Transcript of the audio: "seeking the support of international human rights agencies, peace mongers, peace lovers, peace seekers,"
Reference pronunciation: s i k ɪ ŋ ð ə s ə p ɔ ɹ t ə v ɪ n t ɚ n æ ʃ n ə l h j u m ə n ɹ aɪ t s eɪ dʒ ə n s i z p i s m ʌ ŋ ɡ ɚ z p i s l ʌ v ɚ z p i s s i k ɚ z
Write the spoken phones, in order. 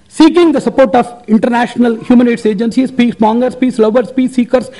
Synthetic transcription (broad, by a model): s i k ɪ ŋ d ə s ə p ɔ ɹ t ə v ɪ n t ɚ n æ ʃ n ə l h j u m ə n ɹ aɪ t s eɪ dʒ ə n s i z p i s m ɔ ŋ ɡ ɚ s p i s l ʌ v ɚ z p i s s i k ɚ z